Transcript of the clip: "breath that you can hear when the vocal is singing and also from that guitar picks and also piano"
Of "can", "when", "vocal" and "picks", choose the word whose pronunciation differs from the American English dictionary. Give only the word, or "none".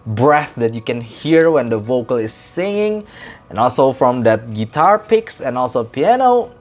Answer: none